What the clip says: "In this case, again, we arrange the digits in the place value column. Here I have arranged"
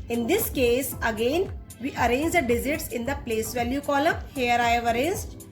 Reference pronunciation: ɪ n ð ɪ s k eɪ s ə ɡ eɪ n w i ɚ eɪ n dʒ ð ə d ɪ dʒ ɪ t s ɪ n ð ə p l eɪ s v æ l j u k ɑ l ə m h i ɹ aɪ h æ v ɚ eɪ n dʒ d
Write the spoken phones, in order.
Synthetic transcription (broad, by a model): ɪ n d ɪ s k eɪ s ə ɡ eɪ n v i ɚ eɪ n dʒ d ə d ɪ z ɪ t s ɪ n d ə p l eɪ s v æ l j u k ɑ l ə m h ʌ ɹ aɪ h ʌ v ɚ eɪ n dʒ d